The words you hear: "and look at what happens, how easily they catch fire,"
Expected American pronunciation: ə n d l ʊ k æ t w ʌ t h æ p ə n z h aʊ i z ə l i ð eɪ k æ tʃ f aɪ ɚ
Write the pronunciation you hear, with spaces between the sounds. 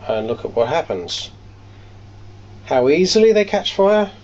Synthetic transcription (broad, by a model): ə n l ʊ k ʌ t w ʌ t h æ p ə n z h aʊ i z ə l i ð eɪ k æ tʃ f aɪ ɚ